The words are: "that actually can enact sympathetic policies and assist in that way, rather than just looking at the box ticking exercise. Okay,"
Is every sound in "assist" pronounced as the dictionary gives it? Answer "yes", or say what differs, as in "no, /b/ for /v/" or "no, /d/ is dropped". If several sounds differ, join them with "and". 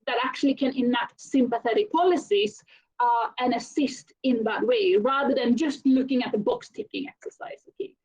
yes